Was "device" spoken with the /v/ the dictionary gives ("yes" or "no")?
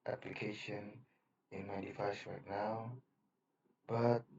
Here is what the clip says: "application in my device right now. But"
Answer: no